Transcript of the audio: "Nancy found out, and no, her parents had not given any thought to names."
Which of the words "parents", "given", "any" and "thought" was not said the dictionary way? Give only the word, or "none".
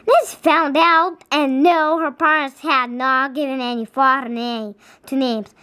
thought